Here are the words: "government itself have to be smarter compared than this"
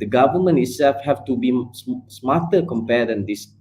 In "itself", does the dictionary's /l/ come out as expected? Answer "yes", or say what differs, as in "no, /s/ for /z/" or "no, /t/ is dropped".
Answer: yes